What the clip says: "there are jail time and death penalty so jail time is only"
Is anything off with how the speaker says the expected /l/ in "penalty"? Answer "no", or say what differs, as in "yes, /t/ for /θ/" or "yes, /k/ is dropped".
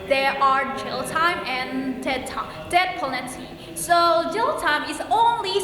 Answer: yes, /l/ is dropped